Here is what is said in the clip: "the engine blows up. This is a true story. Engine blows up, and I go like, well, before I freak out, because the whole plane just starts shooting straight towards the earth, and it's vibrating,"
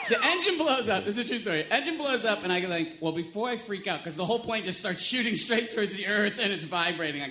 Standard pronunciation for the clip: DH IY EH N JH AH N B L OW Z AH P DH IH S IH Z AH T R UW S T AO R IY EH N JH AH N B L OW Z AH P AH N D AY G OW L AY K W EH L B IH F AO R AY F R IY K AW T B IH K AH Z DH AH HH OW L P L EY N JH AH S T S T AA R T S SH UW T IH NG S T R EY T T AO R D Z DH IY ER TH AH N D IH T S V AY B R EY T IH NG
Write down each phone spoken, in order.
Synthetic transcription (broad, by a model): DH IY EH N JH AH N B L OW Z AH P DH IH S IH Z T R UW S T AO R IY EH N JH AH N B L OW Z AH P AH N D AY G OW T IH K W EH L B IH F AO R AY F R IY K AW T K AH Z DH AH HH OW L P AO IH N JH AH S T S T AA R T S SH UW T IH NG S T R EY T T AO R D Z DH IY ER TH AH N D IH T S V AY B R EY T IH NG